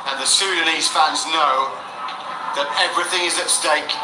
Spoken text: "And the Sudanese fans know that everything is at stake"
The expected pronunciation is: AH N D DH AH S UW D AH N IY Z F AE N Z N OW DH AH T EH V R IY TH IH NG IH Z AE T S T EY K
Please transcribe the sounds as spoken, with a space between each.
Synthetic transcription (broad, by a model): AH N DH AH S UW D AH N IY Z F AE N Z N OW DH AH T EH V R IY TH IH NG IH Z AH T S T EY K